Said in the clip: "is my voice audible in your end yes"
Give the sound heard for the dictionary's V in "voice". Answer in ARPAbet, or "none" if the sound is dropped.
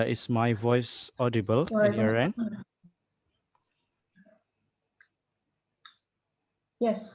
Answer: V